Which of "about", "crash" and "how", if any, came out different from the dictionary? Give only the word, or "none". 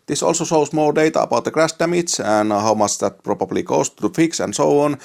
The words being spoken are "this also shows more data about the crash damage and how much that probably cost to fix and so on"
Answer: crash